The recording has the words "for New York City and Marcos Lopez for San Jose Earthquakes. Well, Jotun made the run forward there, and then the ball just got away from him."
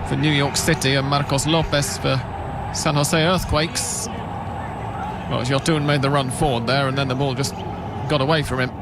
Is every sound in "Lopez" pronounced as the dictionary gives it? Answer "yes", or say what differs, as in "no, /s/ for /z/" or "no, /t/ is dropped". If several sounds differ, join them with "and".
no, /s/ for /z/